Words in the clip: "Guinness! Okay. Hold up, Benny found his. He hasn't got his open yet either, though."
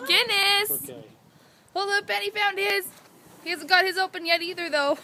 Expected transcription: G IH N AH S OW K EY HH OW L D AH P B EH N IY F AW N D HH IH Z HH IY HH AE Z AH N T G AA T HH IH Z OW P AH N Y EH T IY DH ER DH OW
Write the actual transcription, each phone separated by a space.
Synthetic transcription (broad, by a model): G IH N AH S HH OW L AH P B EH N IY F AW N D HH IH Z HH IY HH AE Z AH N G AA T HH IH Z OW P AH N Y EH T IY DH ER DH OW